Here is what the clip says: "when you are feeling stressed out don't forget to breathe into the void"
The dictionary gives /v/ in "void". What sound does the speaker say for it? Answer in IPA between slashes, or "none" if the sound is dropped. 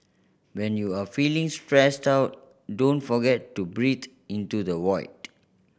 /w/